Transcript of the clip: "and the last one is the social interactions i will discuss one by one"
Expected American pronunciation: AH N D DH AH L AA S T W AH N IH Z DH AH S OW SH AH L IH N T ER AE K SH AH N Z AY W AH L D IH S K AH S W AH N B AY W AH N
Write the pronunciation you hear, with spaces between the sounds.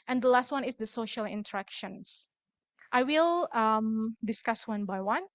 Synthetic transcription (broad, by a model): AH N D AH L AA S T W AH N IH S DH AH S OW SH AH L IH N T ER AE K SH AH N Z AY W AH L D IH S K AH S W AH N B AY W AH N